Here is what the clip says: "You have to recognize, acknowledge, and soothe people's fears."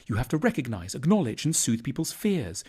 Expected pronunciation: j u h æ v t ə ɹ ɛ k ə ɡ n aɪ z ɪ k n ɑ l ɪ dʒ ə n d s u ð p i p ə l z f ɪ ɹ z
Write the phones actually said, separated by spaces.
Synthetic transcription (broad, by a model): j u h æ f t ə ɹ ɛ k ə ɡ n aɪ z ɪ k n ɑ l ɪ dʒ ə n s u ð p i p ə l z f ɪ ɹ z